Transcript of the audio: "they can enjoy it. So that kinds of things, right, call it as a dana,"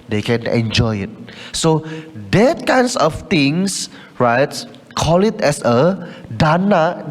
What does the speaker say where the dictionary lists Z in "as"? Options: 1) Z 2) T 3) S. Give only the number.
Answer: 3